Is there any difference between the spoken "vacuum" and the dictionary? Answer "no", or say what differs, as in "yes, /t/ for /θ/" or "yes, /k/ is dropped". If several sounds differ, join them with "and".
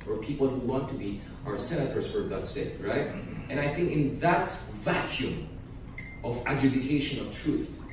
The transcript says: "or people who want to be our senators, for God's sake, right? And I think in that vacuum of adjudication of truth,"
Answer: no